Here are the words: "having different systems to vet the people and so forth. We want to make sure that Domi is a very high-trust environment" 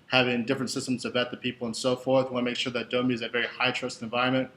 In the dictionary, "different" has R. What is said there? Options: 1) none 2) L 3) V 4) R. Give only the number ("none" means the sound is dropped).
4